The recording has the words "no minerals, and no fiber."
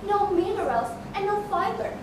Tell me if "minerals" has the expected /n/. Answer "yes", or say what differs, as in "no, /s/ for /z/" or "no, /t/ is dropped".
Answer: no, /l/ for /n/